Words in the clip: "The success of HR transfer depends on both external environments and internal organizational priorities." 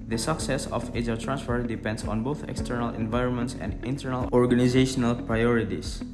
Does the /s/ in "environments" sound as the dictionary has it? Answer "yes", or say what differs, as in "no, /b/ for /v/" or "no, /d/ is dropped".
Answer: yes